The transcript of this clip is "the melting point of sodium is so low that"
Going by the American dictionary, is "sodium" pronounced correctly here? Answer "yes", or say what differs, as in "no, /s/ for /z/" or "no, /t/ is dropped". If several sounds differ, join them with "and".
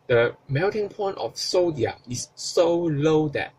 no, /m/ is dropped